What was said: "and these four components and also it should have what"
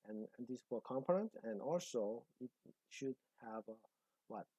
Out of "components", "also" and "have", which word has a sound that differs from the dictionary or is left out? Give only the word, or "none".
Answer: components